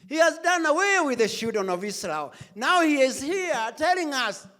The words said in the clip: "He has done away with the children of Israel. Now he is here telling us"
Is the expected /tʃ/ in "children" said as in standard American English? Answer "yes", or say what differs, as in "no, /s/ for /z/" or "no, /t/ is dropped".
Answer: no, /ʃ/ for /tʃ/